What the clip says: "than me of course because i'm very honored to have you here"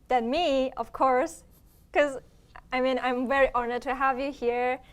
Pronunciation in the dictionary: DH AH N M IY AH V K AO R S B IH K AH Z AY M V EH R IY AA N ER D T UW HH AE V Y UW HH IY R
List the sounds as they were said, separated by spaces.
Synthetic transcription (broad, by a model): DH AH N M IY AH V K AO R S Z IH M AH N AY M V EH R IY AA N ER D T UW HH AE V Y UW HH IY R